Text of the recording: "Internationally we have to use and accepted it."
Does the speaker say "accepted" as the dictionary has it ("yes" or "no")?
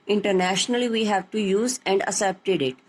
no